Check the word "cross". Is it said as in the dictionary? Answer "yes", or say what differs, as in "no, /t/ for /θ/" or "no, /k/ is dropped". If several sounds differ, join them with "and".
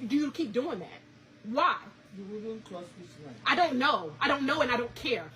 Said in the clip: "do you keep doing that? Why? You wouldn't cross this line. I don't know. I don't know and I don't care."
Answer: no, /l/ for /ɹ/